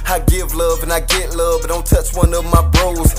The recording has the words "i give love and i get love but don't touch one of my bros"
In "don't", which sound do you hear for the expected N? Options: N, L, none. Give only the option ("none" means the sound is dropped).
L